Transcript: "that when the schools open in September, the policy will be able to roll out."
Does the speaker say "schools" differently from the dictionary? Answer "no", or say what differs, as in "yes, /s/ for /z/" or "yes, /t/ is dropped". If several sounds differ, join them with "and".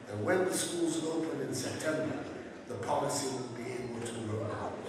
no